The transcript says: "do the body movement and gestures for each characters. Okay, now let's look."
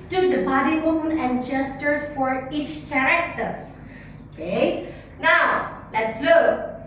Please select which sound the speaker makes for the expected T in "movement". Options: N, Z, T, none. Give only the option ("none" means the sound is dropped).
none